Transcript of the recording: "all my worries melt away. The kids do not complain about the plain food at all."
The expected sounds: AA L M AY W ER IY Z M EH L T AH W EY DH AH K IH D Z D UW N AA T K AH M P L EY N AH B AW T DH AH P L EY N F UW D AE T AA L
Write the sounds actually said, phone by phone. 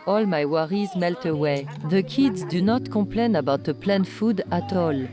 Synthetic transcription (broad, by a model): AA L M AY W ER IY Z M EH L T AH W EY DH AH K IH D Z D UW N AA T K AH P L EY N AH B AW T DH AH P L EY N F UW D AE T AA L